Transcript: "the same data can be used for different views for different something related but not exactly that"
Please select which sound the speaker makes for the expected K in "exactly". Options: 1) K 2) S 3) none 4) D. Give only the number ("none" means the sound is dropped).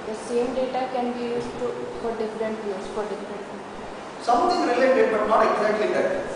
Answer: 3